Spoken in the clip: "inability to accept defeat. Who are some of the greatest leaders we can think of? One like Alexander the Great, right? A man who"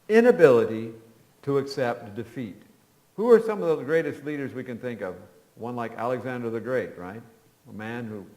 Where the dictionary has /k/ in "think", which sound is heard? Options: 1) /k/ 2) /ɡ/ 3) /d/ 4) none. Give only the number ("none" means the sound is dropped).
1